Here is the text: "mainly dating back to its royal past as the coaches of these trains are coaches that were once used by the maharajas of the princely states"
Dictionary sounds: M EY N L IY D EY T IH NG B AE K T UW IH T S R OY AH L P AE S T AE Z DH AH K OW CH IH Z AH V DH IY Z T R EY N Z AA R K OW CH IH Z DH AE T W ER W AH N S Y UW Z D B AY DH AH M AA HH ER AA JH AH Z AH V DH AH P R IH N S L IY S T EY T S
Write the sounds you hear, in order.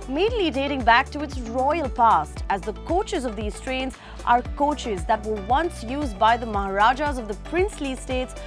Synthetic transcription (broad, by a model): M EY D L IY D EY T IH NG B AE K T UW IH T S R OY AH L P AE S T AE Z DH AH K OW CH IH Z AH V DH IY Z T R EY N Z AA R K OW CH IH Z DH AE T W ER W AH N S Y UW Z D B AY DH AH M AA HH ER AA JH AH Z AH V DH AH P R IH N S L IY S T EY T S